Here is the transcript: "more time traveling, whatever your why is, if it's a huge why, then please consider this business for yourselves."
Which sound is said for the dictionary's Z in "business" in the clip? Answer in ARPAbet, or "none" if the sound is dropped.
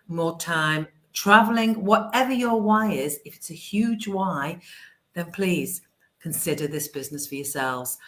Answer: Z